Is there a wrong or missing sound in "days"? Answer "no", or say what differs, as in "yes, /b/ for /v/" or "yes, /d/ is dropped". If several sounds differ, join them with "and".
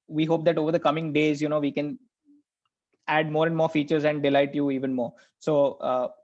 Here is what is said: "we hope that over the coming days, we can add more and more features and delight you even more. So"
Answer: no